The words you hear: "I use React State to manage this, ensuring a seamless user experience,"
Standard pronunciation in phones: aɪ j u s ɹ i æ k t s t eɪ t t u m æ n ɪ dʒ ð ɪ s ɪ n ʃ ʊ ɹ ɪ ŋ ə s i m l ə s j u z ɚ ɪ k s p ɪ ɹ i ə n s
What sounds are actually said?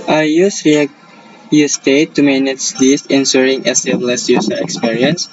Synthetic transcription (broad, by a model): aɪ j u s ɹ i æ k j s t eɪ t t u m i n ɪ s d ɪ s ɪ n s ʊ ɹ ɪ ŋ ə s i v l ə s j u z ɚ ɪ k s p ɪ ɹ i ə n s